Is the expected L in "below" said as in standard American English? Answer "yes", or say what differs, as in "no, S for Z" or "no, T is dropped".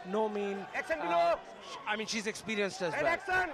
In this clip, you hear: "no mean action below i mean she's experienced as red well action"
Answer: no, L is dropped